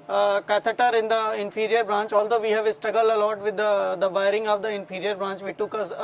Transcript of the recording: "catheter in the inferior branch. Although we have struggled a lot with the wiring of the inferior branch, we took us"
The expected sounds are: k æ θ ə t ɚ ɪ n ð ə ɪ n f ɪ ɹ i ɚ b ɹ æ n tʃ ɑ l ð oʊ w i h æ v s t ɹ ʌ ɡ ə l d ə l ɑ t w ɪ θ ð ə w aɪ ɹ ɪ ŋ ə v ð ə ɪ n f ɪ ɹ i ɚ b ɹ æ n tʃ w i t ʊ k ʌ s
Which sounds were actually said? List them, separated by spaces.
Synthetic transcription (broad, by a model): k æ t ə t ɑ ɪ n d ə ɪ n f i ɹ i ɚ b ɹ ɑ n tʃ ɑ l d oʊ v i h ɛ v s t ɹ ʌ ɡ ə l ə l ɑ t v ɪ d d ə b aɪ ɹ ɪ ŋ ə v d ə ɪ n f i ɹ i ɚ b ɹ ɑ n tʃ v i t ʊ k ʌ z